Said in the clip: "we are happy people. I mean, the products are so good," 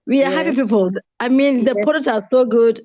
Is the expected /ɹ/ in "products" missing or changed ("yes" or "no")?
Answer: yes